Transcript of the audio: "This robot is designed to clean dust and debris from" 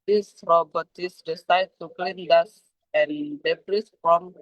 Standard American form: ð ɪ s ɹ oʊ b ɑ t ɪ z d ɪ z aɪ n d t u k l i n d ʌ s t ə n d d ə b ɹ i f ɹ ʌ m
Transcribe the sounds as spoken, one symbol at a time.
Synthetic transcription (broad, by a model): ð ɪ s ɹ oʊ b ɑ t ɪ s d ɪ s aɪ d t u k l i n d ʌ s ə n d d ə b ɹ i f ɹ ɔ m